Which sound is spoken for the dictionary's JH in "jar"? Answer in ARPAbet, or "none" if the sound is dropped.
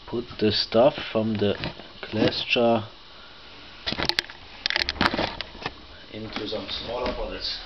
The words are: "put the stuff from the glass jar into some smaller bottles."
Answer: CH